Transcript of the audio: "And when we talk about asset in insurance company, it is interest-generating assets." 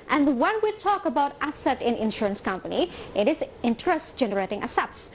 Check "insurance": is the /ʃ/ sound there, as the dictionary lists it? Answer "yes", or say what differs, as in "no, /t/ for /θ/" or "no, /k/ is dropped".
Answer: yes